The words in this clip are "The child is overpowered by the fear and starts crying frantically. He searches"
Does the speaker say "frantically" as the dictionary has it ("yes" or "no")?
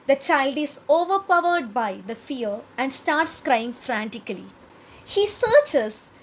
yes